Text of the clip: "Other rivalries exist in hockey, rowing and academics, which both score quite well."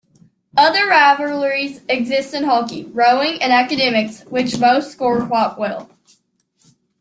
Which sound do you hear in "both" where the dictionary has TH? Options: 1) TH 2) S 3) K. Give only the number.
2